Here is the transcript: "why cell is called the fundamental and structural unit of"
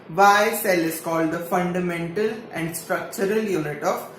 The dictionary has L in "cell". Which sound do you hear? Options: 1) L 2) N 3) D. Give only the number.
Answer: 1